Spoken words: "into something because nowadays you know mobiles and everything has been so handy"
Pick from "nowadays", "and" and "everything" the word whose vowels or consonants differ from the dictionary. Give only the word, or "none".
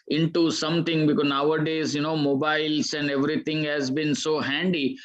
everything